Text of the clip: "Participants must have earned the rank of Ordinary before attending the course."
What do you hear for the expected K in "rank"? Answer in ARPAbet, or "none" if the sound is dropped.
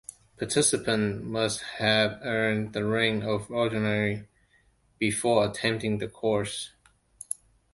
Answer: none